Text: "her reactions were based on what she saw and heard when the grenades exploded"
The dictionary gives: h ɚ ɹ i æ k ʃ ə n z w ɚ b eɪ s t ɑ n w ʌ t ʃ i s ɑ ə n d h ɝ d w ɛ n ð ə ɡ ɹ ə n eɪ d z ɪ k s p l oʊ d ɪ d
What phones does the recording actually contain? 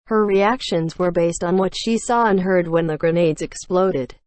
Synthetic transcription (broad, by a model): h ɚ ɹ i æ k ʃ ə n z w ɚ b eɪ s t n w ʌ t ʃ i s ɑ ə n h ɝ d w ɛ n ð ə ɡ ɹ ə n eɪ d z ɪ k s p l oʊ d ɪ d